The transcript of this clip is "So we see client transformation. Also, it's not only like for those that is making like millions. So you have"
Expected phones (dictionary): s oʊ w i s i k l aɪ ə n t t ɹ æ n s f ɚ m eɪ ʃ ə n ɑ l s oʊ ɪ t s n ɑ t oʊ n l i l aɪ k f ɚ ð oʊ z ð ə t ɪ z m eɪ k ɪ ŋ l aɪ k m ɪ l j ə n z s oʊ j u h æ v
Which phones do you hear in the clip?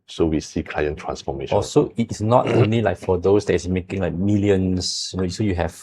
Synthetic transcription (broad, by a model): s oʊ w i s i k l aɪ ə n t t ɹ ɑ n s f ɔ m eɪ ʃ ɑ s oʊ ɪ t s n ɑ t oʊ n l i l aɪ k f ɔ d oʊ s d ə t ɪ s m eɪ k ɪ ŋ l aɪ k m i l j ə n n s oʊ j u h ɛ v